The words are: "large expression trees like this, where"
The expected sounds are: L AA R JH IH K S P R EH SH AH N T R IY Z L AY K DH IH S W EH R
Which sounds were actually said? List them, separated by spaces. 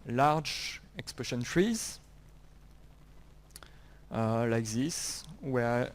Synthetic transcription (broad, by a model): L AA R JH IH K S P AO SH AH N T R IY Z L AY K DH IH S W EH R